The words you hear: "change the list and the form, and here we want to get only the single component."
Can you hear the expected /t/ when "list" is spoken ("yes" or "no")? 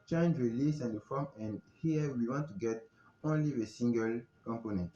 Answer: no